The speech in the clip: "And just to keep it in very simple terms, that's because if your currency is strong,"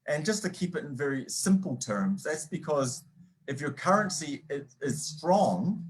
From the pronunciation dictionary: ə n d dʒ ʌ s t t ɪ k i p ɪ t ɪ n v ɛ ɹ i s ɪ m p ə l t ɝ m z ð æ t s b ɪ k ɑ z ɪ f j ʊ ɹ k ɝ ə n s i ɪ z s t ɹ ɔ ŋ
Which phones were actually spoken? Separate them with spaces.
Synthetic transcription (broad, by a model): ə n dʒ ʌ s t t ɪ k i p ɪ t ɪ n v ɛ ɹ i s ɪ m p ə l t ɝ m z ð æ t s b ɪ k ɑ z ɪ f j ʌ ɹ k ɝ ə n s i ɪ z s t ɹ ɔ ŋ